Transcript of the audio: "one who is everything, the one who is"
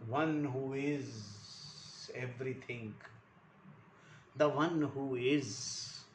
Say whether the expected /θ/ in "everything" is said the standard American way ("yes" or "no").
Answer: no